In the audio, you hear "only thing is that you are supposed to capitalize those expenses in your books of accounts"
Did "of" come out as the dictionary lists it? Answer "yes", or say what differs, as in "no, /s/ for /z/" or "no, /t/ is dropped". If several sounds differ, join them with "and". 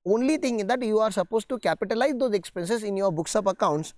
no, /p/ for /v/